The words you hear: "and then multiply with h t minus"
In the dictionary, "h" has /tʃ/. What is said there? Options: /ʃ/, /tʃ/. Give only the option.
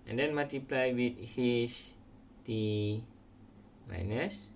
/ʃ/